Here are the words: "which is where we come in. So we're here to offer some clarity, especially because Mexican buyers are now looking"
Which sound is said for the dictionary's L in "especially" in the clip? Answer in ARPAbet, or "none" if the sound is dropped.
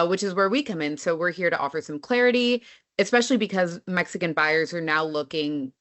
L